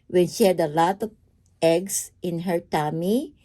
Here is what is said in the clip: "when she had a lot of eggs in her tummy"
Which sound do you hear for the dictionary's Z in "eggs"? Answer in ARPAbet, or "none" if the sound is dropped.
S